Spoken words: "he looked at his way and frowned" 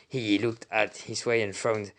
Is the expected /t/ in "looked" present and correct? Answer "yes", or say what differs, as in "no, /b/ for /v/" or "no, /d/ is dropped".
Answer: yes